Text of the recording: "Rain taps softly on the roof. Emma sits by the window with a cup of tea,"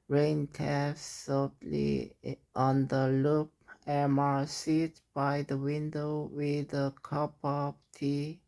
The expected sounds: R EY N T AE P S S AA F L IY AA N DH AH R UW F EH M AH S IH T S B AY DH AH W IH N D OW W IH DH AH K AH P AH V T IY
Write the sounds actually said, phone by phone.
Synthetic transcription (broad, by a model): R EY N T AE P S S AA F L IY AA N DH AH L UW P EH M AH S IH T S B AY DH AH W IH N D OW W IH DH AH K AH P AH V T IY